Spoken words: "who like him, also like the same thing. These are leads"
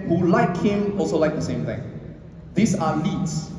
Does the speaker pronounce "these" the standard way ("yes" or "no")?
no